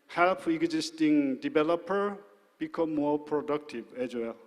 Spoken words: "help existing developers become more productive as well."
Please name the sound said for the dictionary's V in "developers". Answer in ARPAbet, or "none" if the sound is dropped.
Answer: B